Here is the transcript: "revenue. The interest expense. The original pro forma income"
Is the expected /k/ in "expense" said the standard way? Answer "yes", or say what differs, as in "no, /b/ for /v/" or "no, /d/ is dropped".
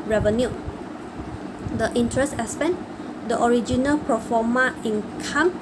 no, /k/ is dropped